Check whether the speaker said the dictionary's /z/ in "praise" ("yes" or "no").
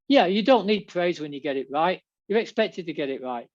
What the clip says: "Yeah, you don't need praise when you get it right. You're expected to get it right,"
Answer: yes